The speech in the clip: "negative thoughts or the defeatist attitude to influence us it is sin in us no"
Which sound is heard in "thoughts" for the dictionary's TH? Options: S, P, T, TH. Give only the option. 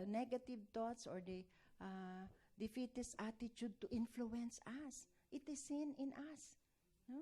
T